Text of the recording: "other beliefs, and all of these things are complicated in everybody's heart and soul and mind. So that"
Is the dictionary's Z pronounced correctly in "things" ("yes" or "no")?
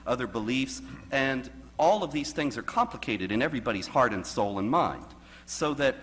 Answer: yes